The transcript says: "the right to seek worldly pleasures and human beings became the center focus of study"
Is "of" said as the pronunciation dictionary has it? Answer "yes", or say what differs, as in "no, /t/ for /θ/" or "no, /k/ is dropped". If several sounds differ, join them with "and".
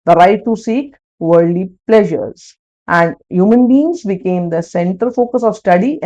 yes